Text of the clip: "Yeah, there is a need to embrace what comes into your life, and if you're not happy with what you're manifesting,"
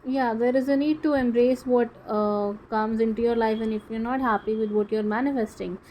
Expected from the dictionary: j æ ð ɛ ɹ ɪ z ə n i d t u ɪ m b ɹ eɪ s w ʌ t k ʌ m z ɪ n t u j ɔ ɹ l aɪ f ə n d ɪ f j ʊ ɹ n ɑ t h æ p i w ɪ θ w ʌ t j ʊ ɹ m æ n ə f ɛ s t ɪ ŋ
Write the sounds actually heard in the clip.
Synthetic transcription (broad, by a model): j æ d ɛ ɹ ɪ z ə n i d t u ɪ m b ɹ eɪ s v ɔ t k ʌ m z ɪ n t u j ɔ ɹ l aɪ f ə n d ɪ f j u ɹ n ɑ t h æ p i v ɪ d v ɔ t j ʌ ɹ m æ n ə f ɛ s t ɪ ŋ